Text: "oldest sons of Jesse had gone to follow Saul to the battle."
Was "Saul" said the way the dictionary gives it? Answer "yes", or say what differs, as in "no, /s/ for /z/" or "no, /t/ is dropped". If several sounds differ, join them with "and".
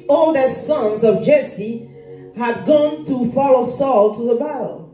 yes